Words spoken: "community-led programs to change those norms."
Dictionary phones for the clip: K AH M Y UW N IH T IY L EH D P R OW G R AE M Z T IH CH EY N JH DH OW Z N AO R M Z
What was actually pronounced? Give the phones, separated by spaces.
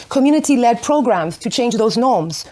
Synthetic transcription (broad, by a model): K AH M Y UW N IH T IY L EH D P R OW G R AE M Z T IH CH EY N JH DH OW Z N AO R M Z